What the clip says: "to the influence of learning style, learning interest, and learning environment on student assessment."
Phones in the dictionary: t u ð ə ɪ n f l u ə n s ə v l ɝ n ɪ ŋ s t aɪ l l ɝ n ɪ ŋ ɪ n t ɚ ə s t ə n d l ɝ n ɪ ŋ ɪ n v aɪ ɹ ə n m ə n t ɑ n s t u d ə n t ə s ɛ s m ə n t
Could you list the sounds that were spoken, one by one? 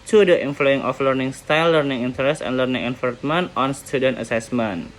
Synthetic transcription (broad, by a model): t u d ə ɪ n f l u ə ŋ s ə f l ɝ n ɪ ŋ s t aɪ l l ɝ n ɪ ŋ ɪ n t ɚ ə s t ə n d l ɝ n ɪ ŋ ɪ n f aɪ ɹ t m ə n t ɑ n s t u d ə n t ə s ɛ s m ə n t